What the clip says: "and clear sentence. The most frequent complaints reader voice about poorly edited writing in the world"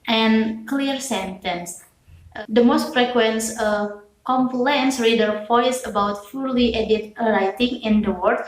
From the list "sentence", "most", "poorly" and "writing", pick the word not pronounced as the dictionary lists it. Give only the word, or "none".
poorly